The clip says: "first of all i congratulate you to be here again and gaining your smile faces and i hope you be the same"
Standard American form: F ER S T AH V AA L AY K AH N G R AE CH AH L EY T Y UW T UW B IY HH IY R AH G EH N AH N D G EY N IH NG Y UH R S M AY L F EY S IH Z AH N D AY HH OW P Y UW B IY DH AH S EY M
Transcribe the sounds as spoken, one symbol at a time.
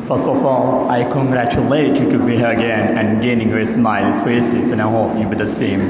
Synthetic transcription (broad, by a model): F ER S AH F AA L AY K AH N G R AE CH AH L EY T Y UW T UW B IY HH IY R AH G EH N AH N G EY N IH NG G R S M AY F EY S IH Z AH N AY HH OW P Y UW B IY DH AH S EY M